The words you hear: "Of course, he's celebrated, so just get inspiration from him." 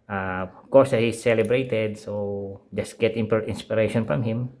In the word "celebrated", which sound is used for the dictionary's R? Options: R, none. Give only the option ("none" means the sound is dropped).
R